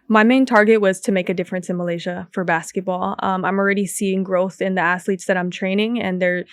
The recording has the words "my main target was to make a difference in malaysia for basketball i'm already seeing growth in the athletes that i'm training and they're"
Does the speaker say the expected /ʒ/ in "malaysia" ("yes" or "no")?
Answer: yes